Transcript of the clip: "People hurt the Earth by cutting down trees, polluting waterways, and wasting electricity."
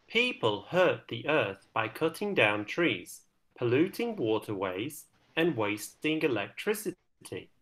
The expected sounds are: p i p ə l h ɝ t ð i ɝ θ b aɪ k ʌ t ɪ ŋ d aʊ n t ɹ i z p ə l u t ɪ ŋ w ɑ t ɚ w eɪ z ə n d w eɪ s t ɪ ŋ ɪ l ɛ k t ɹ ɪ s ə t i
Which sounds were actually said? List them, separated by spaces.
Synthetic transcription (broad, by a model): p i p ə l h ɝ t ð i ɝ θ b aɪ k ʌ t ɪ ŋ d aʊ n t ɹ i z p ə l u t ɪ ŋ w ɑ t ɚ w eɪ z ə n w eɪ s t ɪ ŋ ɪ l ɛ k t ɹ ɪ s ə t i